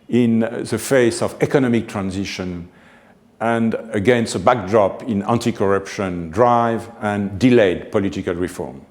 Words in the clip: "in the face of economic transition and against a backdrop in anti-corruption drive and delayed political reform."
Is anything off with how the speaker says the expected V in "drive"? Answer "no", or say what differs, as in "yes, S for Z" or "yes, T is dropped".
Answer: no